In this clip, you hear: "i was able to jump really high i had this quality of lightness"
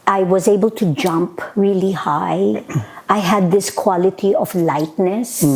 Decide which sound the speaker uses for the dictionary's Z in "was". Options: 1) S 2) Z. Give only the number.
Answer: 2